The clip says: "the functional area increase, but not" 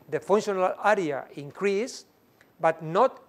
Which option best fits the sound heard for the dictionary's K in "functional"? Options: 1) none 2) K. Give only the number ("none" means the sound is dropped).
1